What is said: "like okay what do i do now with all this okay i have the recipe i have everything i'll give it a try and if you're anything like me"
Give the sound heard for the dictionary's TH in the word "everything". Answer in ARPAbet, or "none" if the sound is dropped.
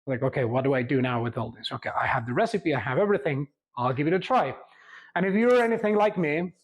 TH